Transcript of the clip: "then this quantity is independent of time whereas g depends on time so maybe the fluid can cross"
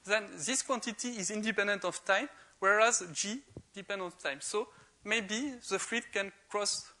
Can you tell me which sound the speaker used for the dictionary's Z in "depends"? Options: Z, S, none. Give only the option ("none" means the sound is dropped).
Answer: none